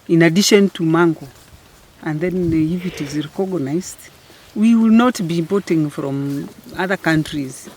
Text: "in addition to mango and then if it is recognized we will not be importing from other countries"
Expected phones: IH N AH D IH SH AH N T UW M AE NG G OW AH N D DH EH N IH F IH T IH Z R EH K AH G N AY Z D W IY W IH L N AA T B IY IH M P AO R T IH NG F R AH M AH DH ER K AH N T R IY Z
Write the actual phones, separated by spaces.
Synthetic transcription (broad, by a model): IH N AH D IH SH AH N T UW M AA NG G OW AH N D DH EH N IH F IH T IH Z R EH K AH G N AY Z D W IY W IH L N AA T B IY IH M P AO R T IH NG F R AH M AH DH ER K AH N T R IY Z